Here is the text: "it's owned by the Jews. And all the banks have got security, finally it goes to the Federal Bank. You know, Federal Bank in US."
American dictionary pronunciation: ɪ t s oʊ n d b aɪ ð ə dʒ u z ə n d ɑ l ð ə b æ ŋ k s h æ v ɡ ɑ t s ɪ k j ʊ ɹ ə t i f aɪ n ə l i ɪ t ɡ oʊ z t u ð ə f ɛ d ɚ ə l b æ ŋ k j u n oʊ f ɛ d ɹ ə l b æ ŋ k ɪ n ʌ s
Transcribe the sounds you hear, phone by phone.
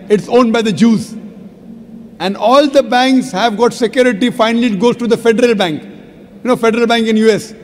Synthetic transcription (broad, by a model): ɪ t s oʊ n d b aɪ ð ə dʒ u z ə n d ɑ l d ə b æ ŋ k s h æ v ɡ ɑ t s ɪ k j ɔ ɹ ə t i f aɪ n ə l i ɪ t ɡ oʊ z t u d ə f ɛ d ɚ ə l b æ ŋ k j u n oʊ f ɛ d ɹ ə l b æ ŋ k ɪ n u s